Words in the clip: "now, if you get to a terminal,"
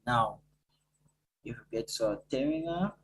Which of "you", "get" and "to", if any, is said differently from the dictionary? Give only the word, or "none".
to